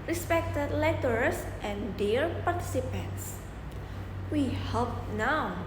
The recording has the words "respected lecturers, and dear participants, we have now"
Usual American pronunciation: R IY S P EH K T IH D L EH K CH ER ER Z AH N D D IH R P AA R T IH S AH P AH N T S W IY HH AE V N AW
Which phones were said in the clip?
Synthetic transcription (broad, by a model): R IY S P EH K T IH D L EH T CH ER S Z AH N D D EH R P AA R T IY S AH P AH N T S W IY HH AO P N AW